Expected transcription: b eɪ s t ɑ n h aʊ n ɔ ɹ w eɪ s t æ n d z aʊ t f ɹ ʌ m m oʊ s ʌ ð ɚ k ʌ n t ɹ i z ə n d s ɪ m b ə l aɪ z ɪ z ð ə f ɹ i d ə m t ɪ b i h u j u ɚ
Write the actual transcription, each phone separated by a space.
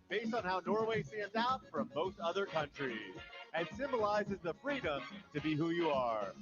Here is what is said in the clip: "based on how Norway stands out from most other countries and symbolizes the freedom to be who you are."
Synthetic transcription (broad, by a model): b eɪ s t n h aʊ n ɔ ɹ w eɪ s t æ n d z aʊ t f ɹ ʌ m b oʊ θ ʌ ð ɚ k ʌ n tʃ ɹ i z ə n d s ɪ m b ə l aɪ z ɪ z ð ə f ɹ i d ə m t ɪ b i h u j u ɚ